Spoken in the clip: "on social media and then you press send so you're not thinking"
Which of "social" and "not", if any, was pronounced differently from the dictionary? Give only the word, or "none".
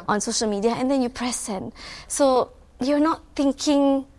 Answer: none